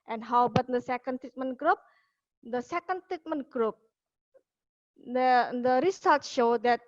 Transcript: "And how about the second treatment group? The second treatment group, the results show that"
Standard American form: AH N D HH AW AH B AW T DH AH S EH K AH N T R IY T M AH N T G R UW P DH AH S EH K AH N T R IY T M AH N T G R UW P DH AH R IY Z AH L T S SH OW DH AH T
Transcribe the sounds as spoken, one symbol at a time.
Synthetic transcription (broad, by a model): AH N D HH AW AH B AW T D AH S EH K AH N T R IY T M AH N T G R UW P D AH S EH K AH N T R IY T M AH N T G R UW P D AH R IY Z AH L T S SH OW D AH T